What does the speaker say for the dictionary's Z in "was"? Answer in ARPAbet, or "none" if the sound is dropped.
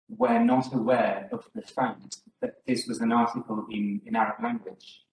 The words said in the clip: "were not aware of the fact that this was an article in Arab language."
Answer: Z